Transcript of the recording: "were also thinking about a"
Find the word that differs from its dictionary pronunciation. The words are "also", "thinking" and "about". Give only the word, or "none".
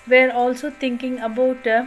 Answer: thinking